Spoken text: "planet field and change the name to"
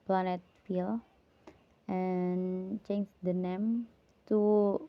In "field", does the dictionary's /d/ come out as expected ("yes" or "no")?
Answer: no